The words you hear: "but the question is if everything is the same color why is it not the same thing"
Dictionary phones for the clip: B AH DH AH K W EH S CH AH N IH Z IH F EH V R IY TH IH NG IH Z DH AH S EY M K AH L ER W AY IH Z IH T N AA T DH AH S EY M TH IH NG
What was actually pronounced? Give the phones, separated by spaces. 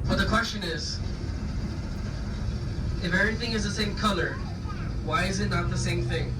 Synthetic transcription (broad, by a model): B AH DH AH K W EH S CH AH N IH Z IH F EH V R IY TH IH NG IH Z DH AH S EY M K AH L ER W AY IH Z IH T N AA T DH AH S EY M TH IH NG